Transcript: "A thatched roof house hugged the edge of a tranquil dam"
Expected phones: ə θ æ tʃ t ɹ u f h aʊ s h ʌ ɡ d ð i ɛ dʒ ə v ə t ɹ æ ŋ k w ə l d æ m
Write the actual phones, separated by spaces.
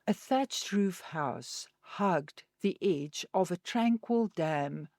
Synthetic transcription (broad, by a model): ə θ æ tʃ t ɹ u f h aʊ s h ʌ ɡ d ð i ɛ dʒ ə v ə t ɹ æ ŋ k w ə l d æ m